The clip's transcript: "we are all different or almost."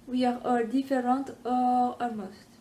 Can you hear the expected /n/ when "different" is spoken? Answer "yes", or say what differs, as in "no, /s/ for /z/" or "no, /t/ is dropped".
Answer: no, /n/ is dropped